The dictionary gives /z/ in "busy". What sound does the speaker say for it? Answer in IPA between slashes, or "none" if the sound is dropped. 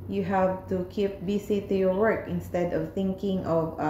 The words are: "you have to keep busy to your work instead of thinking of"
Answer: /s/